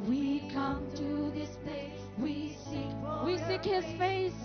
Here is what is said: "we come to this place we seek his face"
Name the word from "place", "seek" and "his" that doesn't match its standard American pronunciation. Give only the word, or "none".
place